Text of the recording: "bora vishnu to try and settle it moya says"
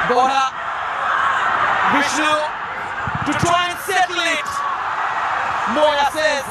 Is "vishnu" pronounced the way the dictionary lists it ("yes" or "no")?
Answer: no